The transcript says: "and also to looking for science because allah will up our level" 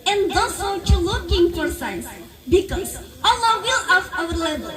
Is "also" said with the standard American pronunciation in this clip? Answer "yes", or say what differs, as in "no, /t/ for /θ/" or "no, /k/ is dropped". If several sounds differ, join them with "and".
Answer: no, /l/ is dropped